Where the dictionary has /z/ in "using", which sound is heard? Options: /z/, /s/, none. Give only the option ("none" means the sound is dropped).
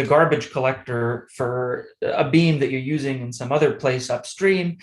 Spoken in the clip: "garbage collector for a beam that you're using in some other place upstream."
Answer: /z/